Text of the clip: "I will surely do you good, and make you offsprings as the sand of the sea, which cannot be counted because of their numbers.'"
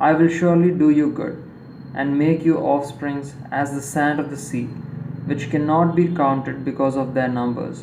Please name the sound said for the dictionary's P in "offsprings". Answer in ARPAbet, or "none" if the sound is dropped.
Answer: P